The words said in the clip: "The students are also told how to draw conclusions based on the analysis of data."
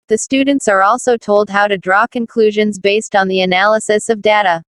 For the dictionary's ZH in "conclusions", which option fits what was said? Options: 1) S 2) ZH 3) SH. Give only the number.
2